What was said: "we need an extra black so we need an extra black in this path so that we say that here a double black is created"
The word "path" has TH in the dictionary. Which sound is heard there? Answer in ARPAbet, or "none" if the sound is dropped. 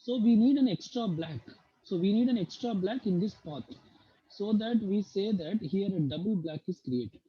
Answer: T